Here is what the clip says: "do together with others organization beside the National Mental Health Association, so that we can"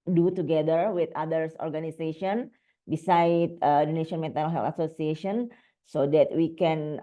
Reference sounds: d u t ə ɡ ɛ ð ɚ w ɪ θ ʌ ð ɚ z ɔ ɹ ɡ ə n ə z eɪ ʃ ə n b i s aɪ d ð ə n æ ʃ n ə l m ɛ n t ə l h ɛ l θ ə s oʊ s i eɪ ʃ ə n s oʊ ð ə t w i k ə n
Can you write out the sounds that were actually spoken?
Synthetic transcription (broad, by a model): d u t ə ɡ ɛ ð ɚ w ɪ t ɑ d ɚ s ɔ ɹ ɡ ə n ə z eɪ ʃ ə n b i s aɪ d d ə n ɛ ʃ ə n m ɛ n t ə n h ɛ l t ə s oʊ s i eɪ ʃ ə n s oʊ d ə t w i k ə n